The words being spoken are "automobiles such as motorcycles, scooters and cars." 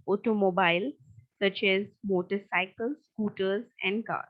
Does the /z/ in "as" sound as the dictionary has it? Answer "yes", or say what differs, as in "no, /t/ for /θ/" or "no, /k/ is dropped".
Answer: yes